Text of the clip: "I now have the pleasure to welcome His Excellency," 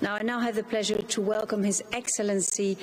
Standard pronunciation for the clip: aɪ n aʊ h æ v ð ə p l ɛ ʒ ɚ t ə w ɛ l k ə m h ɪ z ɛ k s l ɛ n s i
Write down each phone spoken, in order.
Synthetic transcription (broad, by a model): aɪ n aʊ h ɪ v ð ə p l ɛ ʒ ɚ t ə w ɛ l k ə m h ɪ z ɛ k s l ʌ n s i